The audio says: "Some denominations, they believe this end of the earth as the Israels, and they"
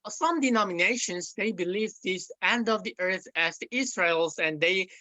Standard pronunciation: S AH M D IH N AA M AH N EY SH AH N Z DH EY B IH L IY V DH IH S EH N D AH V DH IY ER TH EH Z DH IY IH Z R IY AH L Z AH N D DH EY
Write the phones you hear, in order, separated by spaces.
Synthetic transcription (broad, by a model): S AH M D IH N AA M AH N EY SH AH N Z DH EY B IH L IY V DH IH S EH N D AH V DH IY ER TH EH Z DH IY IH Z R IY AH L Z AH N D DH EY